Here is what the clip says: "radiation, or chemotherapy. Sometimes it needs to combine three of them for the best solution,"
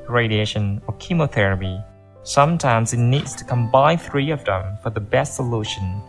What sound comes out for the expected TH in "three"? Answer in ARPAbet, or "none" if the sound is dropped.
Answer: TH